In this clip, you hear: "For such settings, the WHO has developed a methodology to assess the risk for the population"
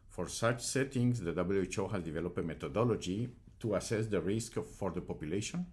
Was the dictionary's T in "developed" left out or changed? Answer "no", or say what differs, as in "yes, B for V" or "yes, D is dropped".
yes, T is dropped